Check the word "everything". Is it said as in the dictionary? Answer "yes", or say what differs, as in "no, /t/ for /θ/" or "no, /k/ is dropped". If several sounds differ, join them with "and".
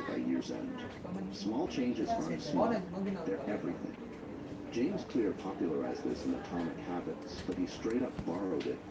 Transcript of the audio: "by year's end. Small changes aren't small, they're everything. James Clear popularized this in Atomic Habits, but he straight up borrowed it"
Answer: yes